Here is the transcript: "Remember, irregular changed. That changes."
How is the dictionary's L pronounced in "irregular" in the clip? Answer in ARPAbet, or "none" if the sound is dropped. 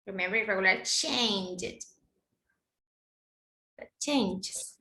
none